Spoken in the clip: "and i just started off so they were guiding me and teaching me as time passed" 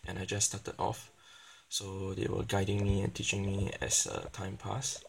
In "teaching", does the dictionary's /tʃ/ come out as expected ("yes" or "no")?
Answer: yes